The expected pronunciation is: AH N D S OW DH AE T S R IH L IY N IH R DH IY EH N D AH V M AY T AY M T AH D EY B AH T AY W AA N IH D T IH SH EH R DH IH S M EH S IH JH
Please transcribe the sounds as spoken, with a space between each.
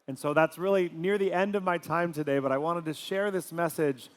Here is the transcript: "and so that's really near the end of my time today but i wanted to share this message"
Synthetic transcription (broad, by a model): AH N S OW DH AE T S R IH L IY N IH R DH IY EH N D AH V M AY T AY M T AH D EY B AH T AY W AA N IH D T IH SH EH R DH IH S M EH S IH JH